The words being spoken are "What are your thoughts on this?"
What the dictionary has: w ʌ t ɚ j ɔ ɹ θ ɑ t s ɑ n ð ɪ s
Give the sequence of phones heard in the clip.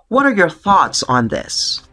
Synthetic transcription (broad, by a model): w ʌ t ɚ j ɔ ɹ θ ɑ t s n ð ɪ s